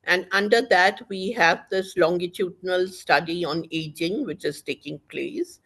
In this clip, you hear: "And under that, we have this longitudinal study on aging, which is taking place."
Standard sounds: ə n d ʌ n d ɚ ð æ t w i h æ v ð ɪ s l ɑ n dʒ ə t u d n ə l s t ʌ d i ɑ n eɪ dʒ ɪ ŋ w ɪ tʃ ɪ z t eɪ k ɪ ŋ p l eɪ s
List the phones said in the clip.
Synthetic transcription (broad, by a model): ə n d ʌ n d ɚ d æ t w i h æ v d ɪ s l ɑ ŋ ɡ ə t u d n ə l s t ʌ d i ɑ n eɪ dʒ ɪ ŋ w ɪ tʃ ɪ z t eɪ k ɪ ŋ p l eɪ s